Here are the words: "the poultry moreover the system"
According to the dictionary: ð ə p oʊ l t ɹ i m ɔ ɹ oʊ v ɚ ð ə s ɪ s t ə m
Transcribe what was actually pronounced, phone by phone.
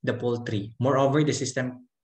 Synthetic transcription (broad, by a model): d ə p oʊ l t ɹ i m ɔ ɹ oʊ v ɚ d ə s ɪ s t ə m